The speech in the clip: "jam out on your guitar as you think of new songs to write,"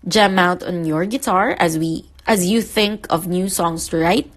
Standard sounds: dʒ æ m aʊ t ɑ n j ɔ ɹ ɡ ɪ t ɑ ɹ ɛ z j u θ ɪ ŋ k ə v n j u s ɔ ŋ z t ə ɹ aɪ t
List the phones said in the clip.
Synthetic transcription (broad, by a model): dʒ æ m aʊ t ɑ n j ɔ ɹ ɡ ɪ t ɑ ɹ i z j u θ ɪ ŋ k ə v n j u s ɔ ŋ s t ə ɹ aɪ t